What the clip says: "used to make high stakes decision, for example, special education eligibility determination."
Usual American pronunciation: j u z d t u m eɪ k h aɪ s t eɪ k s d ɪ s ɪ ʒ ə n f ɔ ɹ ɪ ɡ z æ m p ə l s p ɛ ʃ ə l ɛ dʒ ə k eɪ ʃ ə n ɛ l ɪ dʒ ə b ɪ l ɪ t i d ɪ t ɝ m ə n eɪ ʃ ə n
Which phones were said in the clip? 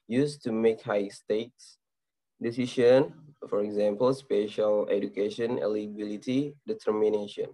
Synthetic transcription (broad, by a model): j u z t u m eɪ k h aɪ s t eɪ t s d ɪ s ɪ ʃ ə n f ɔ ɹ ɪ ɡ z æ m p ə l s p ɛ ʃ ə l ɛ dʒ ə k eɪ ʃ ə n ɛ l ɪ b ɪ l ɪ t i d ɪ t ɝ m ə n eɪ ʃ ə n